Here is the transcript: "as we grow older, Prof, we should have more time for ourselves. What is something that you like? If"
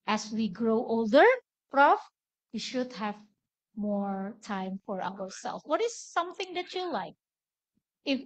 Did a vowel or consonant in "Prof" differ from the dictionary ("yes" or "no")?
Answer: no